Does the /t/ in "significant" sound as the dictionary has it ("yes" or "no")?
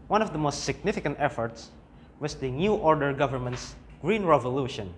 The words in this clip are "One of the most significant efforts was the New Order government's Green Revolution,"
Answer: yes